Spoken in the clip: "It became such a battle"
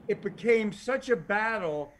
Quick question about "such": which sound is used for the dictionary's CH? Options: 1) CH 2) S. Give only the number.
1